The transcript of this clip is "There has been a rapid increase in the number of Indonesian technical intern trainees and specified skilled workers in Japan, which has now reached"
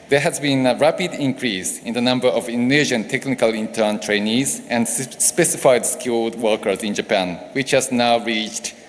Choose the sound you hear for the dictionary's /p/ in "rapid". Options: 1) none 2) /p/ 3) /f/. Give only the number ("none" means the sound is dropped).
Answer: 2